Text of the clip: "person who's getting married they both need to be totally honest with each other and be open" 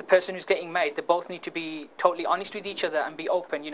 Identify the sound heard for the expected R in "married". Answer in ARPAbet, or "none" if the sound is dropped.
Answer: none